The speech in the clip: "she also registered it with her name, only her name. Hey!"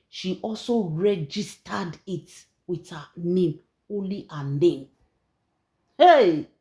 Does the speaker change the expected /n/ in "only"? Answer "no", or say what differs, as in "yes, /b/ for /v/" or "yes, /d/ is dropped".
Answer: no